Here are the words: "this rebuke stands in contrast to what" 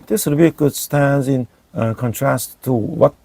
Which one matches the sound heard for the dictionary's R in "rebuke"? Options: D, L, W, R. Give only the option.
W